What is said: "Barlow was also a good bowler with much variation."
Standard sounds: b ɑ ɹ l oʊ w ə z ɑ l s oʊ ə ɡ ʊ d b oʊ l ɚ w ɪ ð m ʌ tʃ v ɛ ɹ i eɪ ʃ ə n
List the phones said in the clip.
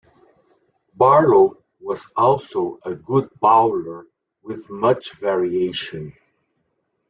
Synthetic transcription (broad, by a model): b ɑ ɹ oʊ w ə z ɑ l s oʊ ə ɡ ʊ d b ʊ l ɚ w ɪ ð m ʌ tʃ v ɛ ɹ i eɪ ʃ ə n